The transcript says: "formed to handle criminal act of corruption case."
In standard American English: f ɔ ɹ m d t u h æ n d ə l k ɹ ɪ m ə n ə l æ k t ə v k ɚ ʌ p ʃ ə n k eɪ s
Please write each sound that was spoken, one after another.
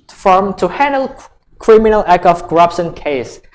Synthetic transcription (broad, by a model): f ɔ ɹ m t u h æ n d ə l k ɹ ɪ m ə n ə l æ k ə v k ɚ ʌ p ʃ ə n k eɪ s